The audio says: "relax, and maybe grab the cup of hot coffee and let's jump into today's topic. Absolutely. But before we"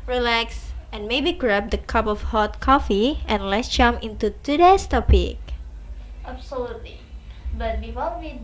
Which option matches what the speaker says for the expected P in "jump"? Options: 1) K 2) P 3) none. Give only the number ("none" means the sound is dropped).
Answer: 3